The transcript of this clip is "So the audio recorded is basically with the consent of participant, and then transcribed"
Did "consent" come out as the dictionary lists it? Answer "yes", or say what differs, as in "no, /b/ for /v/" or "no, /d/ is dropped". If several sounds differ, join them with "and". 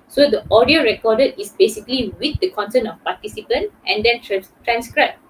no, /t/ is dropped